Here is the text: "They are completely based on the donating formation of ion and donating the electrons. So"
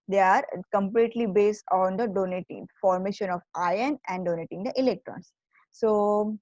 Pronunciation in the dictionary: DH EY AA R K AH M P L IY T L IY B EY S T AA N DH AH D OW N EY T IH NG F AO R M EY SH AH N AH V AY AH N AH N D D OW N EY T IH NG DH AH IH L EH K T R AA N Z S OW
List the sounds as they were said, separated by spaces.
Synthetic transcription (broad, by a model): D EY AA R K AH M P L IY T L IY B EY S T AA N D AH D OW N EY T IH NG F AO R M EY SH AH N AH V AY AH N AH N D D OW N EY T IH NG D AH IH L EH K T R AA N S S OW